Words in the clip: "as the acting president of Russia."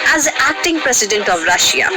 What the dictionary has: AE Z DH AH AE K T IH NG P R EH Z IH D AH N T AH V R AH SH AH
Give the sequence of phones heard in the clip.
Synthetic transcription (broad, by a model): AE Z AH AE K T IH NG P R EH S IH D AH N T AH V R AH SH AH